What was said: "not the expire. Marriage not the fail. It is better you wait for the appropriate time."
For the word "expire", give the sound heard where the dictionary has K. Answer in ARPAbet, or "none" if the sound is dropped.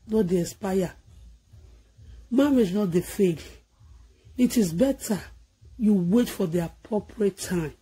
none